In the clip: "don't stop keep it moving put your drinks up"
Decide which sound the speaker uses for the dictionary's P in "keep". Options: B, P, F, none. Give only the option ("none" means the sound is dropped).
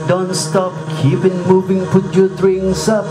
P